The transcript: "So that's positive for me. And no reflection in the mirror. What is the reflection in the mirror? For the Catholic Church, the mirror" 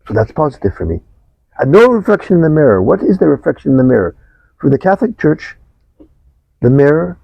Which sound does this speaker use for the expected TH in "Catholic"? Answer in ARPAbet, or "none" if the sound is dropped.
TH